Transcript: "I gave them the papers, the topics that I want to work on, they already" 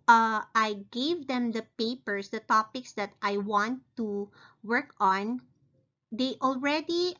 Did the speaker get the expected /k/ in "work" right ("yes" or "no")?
yes